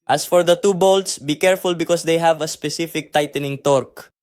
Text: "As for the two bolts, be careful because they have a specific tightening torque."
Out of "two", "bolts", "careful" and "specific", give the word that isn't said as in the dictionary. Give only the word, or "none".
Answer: none